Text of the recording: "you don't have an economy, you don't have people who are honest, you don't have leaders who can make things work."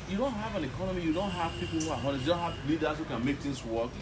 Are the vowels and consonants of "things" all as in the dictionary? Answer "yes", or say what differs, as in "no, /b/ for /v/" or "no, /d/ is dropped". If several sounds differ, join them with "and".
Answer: no, /t/ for /θ/ and /s/ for /z/